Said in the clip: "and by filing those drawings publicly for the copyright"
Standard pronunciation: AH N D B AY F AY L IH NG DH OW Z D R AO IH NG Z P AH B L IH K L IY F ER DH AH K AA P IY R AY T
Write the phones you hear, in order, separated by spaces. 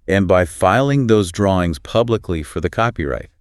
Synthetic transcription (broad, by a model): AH N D B AY F AY L IH NG DH OW Z D R AO IH NG Z P AH B L IH K L IY F ER DH AH K AA P IY R AY T